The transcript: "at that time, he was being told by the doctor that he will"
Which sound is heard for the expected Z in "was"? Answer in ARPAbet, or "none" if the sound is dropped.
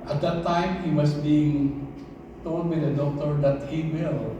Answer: S